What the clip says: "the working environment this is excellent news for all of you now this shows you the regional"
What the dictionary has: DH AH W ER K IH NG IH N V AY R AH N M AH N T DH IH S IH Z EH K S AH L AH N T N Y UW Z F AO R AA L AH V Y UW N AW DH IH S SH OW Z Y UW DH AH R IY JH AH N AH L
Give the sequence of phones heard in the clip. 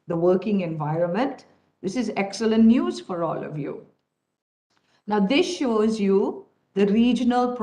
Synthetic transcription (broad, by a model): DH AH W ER K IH NG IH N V AY R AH N M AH N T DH IH S IH Z EH K S AH L AH N T N Y UW Z F AO R AA L AH V Y UW N AW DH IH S SH OW Z Y UW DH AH R IY JH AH N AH L